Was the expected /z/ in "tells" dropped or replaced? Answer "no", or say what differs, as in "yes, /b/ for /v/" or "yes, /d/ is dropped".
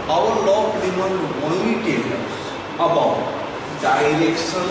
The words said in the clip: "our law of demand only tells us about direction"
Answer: yes, /z/ is dropped